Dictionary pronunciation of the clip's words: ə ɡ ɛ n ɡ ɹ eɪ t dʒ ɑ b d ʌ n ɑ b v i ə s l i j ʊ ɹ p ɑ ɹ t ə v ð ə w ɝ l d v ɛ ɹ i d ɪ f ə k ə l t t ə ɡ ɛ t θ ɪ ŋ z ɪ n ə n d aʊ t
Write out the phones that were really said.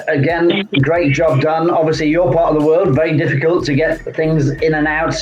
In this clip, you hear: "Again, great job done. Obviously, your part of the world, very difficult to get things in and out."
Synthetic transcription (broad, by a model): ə ɡ ɛ n ɡ ɹ eɪ t dʒ ɑ b d ʌ n ɑ b v i ə s l i j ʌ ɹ p ɑ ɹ t ə v ð ə w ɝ l d v ɛ ɹ i d ɪ f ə k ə l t t ə ɡ ɛ t θ ɪ ŋ z ɪ n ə n aʊ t